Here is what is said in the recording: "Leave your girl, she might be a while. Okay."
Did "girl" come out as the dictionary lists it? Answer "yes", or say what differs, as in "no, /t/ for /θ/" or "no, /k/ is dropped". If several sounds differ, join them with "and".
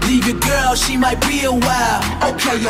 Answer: yes